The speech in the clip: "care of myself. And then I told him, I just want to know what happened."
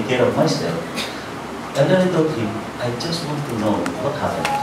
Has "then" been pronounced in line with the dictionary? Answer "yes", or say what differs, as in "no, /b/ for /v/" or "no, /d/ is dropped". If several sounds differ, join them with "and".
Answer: no, /n/ is dropped